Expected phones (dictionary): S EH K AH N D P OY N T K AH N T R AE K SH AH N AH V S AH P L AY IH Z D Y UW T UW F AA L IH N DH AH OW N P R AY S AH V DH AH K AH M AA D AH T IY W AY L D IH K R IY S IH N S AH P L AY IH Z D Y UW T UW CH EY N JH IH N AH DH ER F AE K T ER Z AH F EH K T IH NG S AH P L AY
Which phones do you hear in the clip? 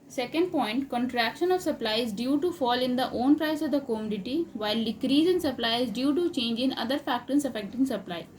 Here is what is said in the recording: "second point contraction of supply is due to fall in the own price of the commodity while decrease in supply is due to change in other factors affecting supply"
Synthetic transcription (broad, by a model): S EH K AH N D P OY N T K AH N T R AE K SH AH N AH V S AH P L AY IH Z D Y UW T UW F AA L IH N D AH OW N P R AY S AH V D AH K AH M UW D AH T IY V AY L D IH K R IY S IH N S AH P L AY IH Z D Y UW T UW CH EY N JH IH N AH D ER F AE K T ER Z AH F EH K T IH NG S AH P L AY